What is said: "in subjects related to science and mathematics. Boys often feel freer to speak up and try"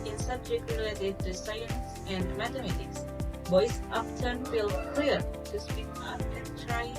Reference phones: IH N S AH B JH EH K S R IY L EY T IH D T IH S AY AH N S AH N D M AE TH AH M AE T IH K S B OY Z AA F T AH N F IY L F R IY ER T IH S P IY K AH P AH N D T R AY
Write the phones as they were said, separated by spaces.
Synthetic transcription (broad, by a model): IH N S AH B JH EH K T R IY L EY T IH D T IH S AY AH N S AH N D M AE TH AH M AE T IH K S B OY S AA P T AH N F IY L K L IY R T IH S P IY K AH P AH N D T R AY